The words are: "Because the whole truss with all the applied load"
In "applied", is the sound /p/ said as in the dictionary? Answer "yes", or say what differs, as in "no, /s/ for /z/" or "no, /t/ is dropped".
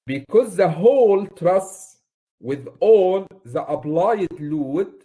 no, /b/ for /p/